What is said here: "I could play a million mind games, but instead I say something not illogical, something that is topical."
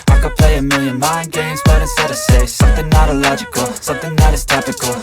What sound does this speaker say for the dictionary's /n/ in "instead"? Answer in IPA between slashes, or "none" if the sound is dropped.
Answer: none